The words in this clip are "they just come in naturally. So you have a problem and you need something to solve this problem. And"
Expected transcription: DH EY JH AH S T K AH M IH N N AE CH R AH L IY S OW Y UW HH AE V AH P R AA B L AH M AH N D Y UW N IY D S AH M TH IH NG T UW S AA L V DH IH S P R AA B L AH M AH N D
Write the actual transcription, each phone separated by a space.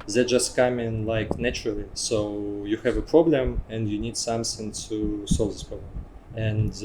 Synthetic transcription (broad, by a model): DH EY JH AH S T K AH M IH L N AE CH R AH L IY S OW Y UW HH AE V AH P R AA B L AH M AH N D Y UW N IY D S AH M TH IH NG T UW S AA L V DH IH S P R AA B L AH M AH N